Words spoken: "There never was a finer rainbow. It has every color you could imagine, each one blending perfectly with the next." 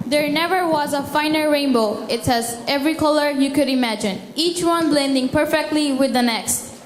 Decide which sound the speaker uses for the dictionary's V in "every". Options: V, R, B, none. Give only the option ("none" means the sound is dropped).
V